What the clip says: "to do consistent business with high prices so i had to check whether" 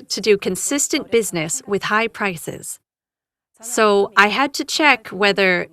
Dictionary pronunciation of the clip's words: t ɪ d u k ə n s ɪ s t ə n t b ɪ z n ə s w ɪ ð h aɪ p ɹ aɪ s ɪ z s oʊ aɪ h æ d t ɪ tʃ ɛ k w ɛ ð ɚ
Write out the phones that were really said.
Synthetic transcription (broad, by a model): t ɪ d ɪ k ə n s ɪ s t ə n b ɪ z n ə s w ɪ ð h aɪ p ɹ aɪ s ɪ z s oʊ aɪ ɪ d t ɪ tʃ ɛ k w ɛ ð ɚ